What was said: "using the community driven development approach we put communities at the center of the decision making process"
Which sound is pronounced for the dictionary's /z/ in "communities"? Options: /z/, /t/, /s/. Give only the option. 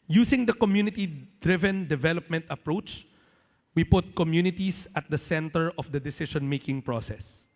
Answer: /s/